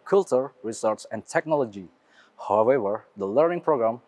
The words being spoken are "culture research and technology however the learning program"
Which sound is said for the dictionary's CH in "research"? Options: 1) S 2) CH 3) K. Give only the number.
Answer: 1